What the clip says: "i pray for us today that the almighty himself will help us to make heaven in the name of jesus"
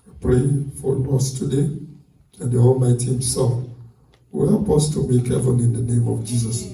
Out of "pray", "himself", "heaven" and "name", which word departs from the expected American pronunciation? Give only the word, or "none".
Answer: heaven